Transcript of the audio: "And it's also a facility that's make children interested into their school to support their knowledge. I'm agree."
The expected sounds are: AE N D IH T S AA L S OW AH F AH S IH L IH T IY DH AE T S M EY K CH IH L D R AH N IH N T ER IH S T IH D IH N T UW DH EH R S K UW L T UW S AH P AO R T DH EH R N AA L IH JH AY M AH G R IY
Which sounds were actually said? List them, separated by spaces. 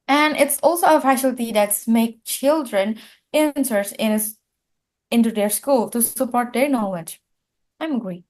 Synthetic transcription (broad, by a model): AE N D IH T S AA L S OW AH F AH SH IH L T IY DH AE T S M EY K CH IH L D R AH N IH N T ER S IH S IH N T UW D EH R S K UW L T UW S AH P AO R T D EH R N AA L IH JH AY M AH G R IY